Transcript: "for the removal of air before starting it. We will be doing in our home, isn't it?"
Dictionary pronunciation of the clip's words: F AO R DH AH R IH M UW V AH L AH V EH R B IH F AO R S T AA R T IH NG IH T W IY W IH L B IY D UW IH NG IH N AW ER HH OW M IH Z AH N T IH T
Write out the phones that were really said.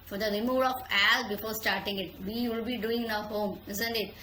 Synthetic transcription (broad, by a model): F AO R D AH R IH M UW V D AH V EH L B IH F AO R S T AA R T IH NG IH T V IY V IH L B IY D UW IH NG N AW HH OW M IH Z AH N T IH T